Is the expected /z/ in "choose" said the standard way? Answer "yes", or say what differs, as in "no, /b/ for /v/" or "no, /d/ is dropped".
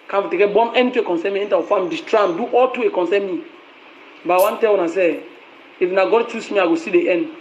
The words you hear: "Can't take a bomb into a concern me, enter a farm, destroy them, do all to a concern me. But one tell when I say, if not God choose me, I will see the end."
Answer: no, /s/ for /z/